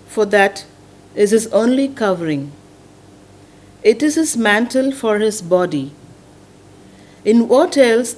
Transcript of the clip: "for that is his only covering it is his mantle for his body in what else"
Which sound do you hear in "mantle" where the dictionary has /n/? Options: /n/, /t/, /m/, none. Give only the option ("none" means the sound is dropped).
/n/